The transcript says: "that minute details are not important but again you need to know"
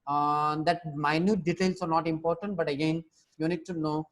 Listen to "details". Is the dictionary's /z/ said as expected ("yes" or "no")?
no